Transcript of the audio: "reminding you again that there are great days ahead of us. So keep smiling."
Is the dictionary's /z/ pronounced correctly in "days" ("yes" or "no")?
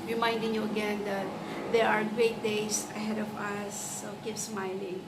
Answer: no